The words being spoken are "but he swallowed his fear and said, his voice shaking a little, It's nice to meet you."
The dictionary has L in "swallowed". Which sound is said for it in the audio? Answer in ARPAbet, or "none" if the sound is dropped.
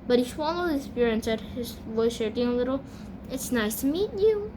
N